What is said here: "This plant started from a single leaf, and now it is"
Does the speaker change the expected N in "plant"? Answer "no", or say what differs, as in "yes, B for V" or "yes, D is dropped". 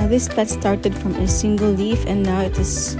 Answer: yes, N is dropped